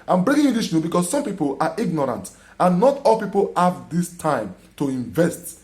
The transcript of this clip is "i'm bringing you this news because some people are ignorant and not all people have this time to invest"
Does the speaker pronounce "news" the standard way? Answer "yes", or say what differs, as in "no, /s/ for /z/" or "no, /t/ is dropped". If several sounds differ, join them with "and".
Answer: no, /z/ is dropped